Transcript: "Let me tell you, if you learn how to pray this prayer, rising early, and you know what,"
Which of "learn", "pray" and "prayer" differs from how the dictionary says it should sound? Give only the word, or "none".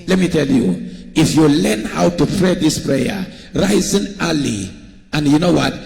none